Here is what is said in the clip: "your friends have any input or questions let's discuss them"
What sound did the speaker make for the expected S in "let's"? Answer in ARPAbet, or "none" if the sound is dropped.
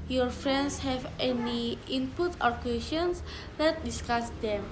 none